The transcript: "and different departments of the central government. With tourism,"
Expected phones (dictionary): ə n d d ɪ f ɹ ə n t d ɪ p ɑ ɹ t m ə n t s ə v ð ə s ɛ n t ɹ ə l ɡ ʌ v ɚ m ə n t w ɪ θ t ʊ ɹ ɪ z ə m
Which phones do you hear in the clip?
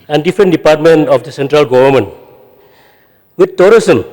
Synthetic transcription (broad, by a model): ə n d d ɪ f ɹ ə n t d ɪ p ɑ ɹ t m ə n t ə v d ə s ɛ n t ɹ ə l ɡ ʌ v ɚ m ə n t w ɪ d t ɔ ɹ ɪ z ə m